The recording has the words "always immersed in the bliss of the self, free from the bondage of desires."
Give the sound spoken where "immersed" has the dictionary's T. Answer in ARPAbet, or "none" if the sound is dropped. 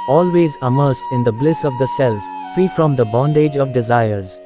T